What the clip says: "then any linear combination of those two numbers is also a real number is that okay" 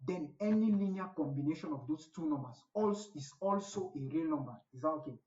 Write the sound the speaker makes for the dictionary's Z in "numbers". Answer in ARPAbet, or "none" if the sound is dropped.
S